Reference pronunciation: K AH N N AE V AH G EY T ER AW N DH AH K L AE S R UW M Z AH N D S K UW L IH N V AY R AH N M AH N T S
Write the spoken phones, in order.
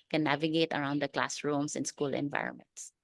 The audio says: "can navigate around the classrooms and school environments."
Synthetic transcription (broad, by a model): K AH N N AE V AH G EY T ER AW N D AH K L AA S R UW M S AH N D S K UW L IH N V AY R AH N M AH N T S